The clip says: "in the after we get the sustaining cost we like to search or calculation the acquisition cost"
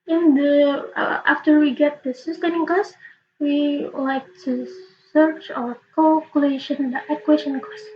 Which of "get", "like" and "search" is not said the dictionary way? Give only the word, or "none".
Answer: none